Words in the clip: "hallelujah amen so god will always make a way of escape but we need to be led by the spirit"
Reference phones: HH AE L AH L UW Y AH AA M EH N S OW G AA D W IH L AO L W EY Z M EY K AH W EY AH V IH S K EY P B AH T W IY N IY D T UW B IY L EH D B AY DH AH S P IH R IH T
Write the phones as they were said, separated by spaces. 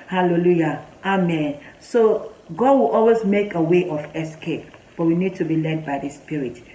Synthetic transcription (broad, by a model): HH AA L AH L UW Y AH AA M EH N S OW G AA D W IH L AO L W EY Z M EY K AH W EY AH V IH S K EY P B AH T W IY N IY D T UW B IY L EH D B AY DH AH S P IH R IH T